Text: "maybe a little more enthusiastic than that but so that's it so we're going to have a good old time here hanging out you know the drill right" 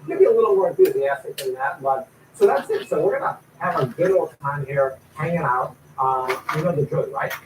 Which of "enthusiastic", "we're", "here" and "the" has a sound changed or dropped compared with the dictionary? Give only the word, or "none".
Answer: none